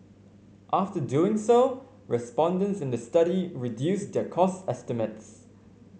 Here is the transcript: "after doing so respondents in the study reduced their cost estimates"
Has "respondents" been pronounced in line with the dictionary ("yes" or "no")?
yes